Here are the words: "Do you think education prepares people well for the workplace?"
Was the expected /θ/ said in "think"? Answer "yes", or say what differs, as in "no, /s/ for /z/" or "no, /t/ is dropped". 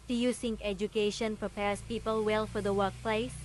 no, /s/ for /θ/